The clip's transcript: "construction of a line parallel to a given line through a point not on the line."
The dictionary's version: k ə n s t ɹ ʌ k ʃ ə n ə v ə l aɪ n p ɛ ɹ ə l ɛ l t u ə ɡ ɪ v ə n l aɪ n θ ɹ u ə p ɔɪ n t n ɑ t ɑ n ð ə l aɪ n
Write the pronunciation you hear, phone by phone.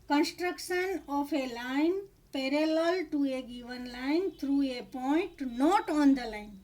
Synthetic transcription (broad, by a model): k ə n s t ɹ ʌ k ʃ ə n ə f ə l aɪ n p ɛ ɹ ə l ɛ l t u ə ɡ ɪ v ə n l aɪ n t ɹ u ə p ɔɪ n t n ɑ t ɑ n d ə l aɪ n